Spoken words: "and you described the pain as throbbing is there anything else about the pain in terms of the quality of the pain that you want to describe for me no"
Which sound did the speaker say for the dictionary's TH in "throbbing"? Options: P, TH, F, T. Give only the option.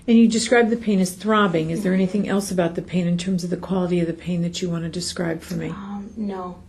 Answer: TH